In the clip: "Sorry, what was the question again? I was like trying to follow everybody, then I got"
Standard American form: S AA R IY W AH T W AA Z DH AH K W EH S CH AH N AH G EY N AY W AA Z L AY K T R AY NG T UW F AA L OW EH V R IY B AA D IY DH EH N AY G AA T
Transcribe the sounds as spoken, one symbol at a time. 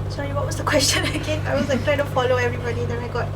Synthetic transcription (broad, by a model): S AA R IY W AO T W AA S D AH K W EH S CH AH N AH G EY AY W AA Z L AY K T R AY T UW F AA L OW EH V R IY B AA D IY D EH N AY G AA T